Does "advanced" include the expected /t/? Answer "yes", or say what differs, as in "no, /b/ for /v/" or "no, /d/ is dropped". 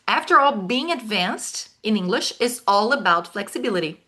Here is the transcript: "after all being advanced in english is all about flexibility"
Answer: yes